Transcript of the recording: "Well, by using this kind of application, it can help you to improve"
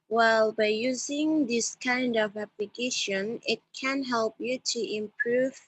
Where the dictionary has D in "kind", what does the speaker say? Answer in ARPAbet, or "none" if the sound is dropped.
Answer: D